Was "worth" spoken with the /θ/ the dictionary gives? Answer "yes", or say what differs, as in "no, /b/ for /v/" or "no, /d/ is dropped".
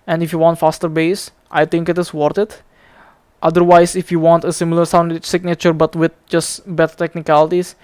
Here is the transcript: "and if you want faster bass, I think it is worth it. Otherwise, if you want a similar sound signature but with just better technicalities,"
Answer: no, /t/ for /θ/